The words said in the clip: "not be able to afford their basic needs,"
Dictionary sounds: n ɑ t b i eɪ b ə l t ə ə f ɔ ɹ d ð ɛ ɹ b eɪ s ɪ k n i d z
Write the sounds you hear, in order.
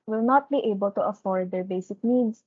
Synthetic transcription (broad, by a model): n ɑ t b i eɪ b ə l t ə ə f ɔ ɹ d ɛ ɹ b eɪ s ɪ k n i d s